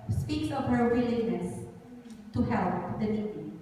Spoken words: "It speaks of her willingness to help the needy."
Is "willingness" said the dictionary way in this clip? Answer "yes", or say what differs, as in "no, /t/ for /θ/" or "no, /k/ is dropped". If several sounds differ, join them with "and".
no, /ŋ/ is dropped